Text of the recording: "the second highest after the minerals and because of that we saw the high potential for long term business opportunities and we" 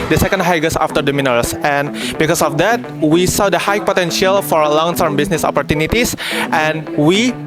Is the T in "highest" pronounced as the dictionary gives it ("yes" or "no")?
no